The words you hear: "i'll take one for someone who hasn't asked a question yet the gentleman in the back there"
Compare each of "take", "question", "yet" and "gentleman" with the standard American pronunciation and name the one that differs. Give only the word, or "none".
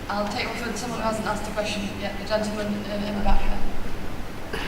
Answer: gentleman